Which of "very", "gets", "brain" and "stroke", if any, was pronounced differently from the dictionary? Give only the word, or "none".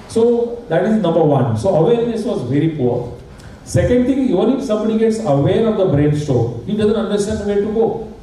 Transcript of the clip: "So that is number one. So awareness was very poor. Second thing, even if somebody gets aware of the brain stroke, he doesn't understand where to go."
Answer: stroke